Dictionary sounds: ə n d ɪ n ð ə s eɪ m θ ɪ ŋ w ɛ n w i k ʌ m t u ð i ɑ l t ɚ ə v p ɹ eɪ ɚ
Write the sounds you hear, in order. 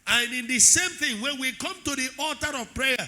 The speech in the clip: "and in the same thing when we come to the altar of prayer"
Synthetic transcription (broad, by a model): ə n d ɪ n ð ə s eɪ m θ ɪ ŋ w ɛ n w i k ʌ m t u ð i ɑ t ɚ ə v p ɹ eɪ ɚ